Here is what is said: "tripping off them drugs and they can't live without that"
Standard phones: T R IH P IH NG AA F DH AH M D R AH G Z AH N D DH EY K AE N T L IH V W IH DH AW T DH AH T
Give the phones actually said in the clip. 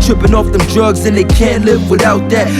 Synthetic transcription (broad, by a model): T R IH P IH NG AA F DH AH M D R AH G Z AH N DH EY K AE N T L IH V W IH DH AW T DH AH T